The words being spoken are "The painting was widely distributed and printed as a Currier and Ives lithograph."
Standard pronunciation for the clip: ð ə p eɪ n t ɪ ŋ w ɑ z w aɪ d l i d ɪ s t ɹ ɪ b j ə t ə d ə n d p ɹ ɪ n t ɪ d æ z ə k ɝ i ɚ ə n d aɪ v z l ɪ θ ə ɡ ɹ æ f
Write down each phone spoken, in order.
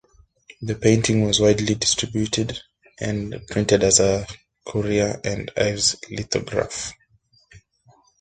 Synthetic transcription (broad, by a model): ð ə p eɪ n t ɪ ŋ w ɑ z w aɪ d l i d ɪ s t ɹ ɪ b j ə t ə d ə n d p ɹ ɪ n t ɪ d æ z ə k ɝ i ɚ ə n d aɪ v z l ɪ t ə ɡ ɹ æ f